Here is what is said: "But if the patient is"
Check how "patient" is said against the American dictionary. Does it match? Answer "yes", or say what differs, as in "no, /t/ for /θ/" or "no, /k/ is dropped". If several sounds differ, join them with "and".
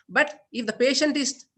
yes